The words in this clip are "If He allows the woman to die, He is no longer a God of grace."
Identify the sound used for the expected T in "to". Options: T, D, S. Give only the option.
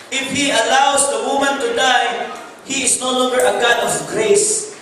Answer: T